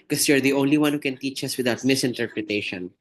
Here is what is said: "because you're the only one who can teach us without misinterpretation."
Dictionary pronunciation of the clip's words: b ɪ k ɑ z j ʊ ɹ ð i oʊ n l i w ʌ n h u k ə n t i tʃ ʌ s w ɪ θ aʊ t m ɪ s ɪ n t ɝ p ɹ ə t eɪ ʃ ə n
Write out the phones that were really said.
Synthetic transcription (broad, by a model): k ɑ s j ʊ ɹ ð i oʊ n l i w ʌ n h u k ə n t i tʃ ʌ s w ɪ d aʊ t m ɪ s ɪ n t ɝ p ɹ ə t eɪ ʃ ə n